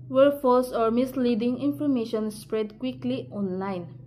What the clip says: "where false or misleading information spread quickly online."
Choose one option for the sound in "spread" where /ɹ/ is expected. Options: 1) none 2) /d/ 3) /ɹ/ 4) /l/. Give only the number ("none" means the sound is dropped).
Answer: 3